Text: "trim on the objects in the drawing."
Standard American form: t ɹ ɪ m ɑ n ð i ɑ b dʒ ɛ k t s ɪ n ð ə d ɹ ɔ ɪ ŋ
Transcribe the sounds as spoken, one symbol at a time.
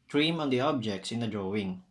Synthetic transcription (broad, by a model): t ɹ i m ɑ n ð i ɑ b dʒ ɛ k t s ɪ n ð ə d ɹ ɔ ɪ ŋ